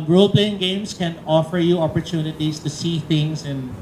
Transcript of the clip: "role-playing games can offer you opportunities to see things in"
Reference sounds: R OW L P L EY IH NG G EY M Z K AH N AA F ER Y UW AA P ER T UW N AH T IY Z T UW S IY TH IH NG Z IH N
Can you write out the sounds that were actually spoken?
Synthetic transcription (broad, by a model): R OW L P L EY IH NG G EY M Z K AH N AA F ER Y UW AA P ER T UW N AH T IY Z T UW S IY T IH NG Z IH N